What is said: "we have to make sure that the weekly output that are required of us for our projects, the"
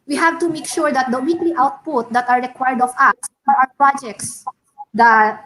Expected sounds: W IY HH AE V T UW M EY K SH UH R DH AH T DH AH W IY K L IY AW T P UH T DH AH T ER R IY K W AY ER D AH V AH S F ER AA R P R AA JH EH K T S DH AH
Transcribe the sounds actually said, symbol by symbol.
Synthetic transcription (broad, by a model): W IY HH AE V T UW M EY K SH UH R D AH T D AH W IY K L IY AW T P UH T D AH T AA R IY K W AY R D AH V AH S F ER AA W P R AA JH EH K T S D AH